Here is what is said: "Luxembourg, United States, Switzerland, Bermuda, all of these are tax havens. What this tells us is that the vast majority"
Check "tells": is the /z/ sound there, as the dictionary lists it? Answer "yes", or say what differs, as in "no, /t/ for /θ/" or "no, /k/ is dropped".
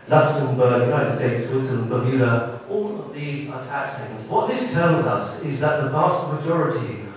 yes